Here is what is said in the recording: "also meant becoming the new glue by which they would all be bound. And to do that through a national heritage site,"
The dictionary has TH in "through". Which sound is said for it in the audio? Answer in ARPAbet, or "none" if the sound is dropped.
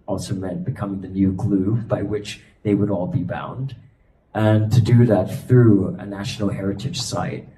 TH